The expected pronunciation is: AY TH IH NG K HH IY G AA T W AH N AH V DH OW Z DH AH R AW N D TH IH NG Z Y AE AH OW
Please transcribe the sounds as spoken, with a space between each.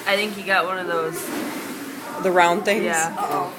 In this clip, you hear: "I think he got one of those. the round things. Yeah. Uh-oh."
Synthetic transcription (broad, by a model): AY TH IH NG K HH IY G AA T W AH N AH V DH OW Z DH AH R AW N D TH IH NG Y AE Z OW